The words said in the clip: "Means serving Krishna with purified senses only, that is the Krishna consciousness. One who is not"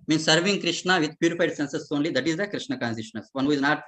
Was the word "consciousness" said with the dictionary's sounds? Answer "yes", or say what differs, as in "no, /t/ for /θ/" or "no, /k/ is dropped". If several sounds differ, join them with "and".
no, /s/ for /ʃ/ and /ʃ/ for /s/